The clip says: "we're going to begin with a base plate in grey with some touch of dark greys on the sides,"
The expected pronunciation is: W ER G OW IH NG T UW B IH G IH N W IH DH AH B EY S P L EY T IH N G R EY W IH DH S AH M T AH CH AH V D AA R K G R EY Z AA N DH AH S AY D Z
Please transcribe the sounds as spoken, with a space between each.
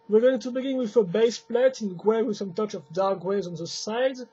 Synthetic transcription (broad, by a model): W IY G OW IH NG T UW B IH G IH N W IH DH AH B EY S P L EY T IH N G W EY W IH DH S AH M T AH CH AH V D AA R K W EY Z AA N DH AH S AY D